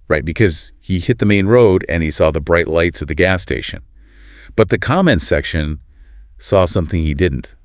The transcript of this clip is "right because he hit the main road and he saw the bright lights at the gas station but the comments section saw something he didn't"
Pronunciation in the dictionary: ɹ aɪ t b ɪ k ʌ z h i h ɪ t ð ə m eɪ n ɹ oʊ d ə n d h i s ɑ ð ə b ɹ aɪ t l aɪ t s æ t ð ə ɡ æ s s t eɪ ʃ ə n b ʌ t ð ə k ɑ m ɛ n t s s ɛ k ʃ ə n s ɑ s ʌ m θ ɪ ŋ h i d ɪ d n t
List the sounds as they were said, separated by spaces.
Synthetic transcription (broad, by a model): ɹ aɪ t b ɪ k ʌ z h i h ɪ t ð ə m eɪ n ɹ oʊ d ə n i s ɑ ð ə b ɹ aɪ t l aɪ t s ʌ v ð ə ɡ æ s s t eɪ ʃ ə n b ʌ t ð ə k ɑ m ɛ n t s s ɛ k ʃ ə n s ɑ s ʌ m θ ɪ ŋ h i d ɪ d n t